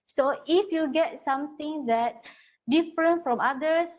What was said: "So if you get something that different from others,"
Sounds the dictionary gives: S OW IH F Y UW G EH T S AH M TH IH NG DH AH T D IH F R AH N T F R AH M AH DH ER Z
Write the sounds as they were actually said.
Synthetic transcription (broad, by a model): S OW IH F Y UW G EH T S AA M T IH NG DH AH T D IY F R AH N T F R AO M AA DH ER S